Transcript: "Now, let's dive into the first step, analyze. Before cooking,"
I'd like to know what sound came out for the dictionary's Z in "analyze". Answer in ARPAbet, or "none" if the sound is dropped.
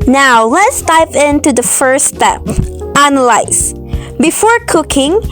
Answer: S